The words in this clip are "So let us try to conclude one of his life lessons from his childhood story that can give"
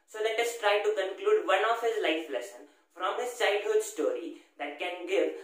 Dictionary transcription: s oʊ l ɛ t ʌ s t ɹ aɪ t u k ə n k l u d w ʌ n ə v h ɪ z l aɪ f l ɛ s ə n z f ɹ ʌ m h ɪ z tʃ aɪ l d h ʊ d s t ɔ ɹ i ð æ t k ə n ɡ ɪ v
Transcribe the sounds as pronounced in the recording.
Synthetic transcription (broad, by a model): s oʊ l ɛ t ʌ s t ɹ aɪ t u k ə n k l u d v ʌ n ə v h ɪ z l aɪ f l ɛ s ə n f ɹ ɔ m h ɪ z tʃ aɪ d h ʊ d s t ɔ ɹ i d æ t k ə n ɡ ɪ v